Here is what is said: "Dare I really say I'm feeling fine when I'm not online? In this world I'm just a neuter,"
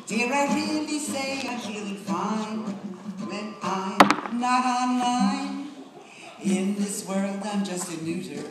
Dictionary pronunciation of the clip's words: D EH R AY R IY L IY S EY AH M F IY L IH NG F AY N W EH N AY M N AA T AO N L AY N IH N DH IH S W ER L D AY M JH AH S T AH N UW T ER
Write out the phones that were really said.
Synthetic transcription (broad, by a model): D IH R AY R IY N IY S EY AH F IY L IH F AY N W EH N AY N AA T AO N L AY N IH N DH IH S W ER L D AY M JH AH S T AH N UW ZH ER